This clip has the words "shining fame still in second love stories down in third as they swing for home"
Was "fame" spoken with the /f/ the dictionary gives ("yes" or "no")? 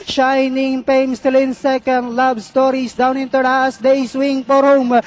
no